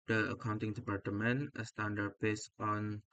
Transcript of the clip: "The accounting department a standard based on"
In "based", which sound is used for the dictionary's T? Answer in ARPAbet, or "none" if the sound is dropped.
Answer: none